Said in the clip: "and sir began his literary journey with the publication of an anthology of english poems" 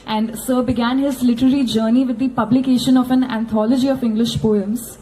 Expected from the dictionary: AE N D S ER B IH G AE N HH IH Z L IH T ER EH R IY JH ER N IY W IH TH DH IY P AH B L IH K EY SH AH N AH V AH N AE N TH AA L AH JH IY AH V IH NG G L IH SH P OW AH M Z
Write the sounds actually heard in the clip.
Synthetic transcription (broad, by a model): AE N D S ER B IH G AE N HH IH Z L IH T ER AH R IY JH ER N IY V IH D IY P AH B L IH K EY SH AH N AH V AH N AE N T AA L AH JH IY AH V IH NG G L IH SH P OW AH M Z